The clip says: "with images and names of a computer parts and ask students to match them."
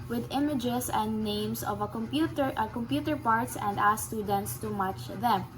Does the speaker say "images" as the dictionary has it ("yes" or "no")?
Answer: no